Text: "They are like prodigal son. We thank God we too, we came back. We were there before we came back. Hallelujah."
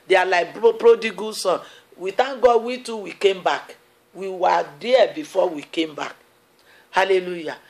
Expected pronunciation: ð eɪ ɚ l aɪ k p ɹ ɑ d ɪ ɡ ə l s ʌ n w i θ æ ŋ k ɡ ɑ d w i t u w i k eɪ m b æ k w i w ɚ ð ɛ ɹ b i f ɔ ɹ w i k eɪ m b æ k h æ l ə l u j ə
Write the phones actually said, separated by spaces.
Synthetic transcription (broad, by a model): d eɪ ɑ l aɪ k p ɹ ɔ d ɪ ɡ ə s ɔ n w i t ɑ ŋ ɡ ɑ w i t u w i k eɪ m b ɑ k w i w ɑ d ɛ b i f ɔ w i k eɪ m b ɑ k h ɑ l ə l u j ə